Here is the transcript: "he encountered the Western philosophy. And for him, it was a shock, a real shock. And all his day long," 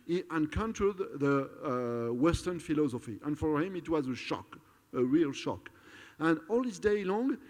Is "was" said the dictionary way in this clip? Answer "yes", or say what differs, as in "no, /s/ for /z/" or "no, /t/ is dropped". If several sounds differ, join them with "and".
yes